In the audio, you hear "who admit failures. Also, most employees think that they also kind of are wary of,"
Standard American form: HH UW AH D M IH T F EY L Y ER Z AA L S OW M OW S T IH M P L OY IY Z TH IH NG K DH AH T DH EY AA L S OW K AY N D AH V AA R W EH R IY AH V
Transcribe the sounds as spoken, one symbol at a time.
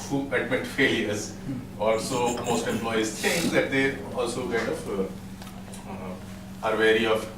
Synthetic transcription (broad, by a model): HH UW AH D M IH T F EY L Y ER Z AA L S OW M OW S T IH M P L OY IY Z T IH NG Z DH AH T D EY AA L S OW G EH D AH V AA R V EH R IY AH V